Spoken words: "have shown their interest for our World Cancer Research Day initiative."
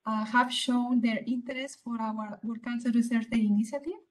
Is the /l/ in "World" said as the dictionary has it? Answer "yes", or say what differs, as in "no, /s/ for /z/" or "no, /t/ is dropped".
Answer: no, /l/ is dropped